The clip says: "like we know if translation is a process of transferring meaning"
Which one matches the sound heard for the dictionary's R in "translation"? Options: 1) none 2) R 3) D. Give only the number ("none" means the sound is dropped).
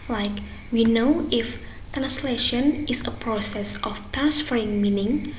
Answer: 2